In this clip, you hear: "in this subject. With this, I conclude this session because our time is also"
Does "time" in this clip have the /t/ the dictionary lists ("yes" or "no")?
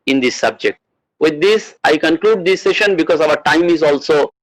yes